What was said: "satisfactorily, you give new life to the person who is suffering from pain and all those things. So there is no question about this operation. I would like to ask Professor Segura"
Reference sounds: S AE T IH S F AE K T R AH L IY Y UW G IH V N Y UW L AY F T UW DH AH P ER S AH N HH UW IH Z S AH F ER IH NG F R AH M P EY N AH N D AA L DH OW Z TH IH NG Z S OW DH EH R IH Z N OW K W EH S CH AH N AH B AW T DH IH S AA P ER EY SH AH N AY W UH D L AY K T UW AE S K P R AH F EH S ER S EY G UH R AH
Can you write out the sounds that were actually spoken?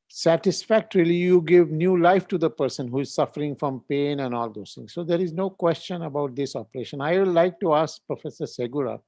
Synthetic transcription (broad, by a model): S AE T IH S F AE K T R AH L IY Y UW G IH V N Y UW L AY F T UW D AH P ER S AH N HH UW IH Z S AH F ER IH NG F R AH M P EY N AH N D AA L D OW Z T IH NG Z S OW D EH R IH Z N OW K W EH S CH AH N AH B AW T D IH S AA P ER EY SH AH N AY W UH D L AY K T UW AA S K P R AH F EH S ER S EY G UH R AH